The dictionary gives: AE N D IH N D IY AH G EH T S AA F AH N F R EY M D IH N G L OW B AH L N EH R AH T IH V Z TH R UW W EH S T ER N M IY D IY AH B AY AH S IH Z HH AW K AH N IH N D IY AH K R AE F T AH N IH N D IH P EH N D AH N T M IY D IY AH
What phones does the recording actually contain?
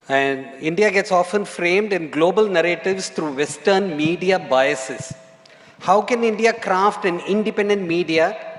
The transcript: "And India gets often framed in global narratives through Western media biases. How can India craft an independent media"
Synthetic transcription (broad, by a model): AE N D IH N D IY AH G EH T S AA F AH N F R EY M D IH N G L OW B AH L N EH R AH T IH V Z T R UW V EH S T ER N M IY D IY AH B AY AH S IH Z HH AW K AH N IH N D IY AH K R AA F T AH N IH N D IH P EH N D AH N T M IY D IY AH